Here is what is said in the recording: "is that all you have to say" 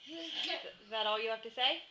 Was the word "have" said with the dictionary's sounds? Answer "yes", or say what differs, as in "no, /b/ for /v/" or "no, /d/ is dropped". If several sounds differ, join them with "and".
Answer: no, /f/ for /v/